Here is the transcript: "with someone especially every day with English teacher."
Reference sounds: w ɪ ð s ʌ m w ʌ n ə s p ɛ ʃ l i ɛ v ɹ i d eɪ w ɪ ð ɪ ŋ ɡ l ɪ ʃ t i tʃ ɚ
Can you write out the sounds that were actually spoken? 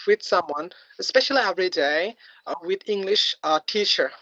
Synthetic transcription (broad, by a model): w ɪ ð s ʌ m w ʌ n ə s p ɛ ʃ l i ɛ v ɹ i d eɪ w ɪ ð ɪ ŋ ɡ l ɪ ʃ t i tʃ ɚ